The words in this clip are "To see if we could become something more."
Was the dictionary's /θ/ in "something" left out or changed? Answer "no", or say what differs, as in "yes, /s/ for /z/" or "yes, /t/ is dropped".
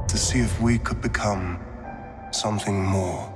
no